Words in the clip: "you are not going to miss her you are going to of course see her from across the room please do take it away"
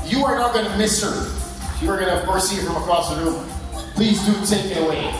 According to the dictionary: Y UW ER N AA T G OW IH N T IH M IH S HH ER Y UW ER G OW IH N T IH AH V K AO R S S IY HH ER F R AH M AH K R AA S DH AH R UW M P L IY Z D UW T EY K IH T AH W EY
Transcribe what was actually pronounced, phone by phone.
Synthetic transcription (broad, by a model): Y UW ER N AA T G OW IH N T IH M IH S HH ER Y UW ER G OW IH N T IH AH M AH R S S IY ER F R AH M AH K R AA S DH AH R UW M P L IY Z D UW T EY K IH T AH W EY